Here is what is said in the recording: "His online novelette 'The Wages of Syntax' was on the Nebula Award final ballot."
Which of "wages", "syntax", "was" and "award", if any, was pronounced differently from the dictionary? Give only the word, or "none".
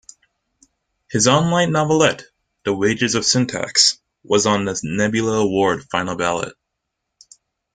none